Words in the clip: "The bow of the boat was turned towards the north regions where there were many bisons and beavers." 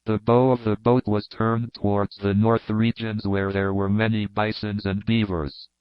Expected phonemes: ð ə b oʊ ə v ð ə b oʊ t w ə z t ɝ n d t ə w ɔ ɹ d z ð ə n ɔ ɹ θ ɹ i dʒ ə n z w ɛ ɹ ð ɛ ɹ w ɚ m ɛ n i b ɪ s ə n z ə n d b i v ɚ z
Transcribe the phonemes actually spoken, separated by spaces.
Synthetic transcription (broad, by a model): ð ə b oʊ ə v ð ə b oʊ t w ə z t ɝ n t ə w ɔ ɹ d z ð ə n ɔ ɹ θ ɹ i dʒ ə n z w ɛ ɹ ð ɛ ɹ w ɚ m ɛ n i b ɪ s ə n z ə n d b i v ɚ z